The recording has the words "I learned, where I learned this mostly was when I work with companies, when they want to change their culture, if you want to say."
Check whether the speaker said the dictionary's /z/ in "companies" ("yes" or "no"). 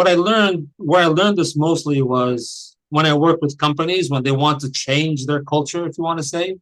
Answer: yes